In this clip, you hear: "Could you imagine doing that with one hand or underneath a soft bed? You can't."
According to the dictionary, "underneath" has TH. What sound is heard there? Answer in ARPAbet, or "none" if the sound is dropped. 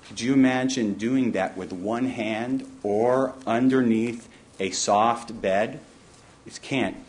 TH